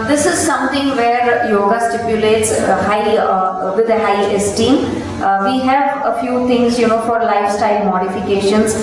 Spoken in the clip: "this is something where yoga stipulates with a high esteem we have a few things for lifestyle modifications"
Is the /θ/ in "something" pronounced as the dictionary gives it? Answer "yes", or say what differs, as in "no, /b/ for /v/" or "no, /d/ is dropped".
no, /t/ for /θ/